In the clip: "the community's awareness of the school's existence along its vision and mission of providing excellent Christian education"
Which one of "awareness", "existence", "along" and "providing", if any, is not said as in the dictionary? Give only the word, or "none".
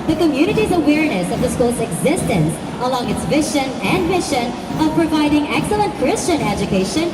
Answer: none